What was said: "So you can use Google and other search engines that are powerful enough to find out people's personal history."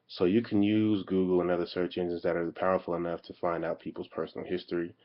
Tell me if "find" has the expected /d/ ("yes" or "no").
yes